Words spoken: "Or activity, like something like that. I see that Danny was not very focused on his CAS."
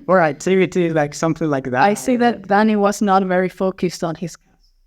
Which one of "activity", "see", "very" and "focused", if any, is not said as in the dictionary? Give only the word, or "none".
activity